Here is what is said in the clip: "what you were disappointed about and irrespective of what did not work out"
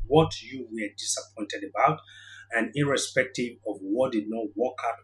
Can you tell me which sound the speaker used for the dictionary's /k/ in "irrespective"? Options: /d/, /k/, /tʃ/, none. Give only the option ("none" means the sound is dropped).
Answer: /k/